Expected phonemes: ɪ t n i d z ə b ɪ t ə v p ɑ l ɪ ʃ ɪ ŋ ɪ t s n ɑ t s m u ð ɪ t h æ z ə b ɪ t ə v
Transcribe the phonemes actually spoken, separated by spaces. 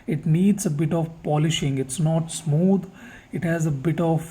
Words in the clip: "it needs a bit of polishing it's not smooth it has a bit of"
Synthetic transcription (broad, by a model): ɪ t n i d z ə b ɪ t ə v p ɑ l ɪ ʃ ɪ ŋ ɪ t s n ɑ t s m u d ɪ t h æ z ə b ɪ t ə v